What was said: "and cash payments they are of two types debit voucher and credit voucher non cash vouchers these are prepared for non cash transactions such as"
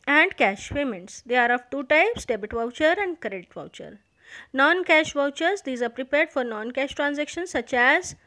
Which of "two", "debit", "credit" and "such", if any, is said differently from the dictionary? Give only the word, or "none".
credit